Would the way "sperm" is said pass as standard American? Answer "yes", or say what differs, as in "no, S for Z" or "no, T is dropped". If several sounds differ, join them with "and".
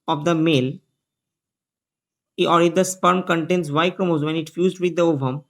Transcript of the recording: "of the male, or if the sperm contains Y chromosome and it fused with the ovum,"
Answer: yes